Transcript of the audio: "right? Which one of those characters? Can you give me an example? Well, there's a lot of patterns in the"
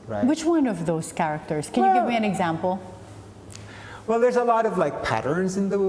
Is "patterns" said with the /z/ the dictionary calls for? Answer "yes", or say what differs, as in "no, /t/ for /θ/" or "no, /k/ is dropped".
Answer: yes